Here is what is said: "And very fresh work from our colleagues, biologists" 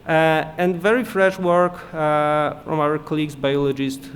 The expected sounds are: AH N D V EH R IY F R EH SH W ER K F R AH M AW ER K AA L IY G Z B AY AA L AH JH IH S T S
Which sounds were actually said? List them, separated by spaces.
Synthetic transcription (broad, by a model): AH N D V EH R IY F R EH SH W ER K F R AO M AW ER K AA L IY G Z B AY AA L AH JH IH S T